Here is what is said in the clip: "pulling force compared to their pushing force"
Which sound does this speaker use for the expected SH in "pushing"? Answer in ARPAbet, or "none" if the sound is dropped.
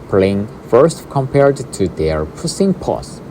S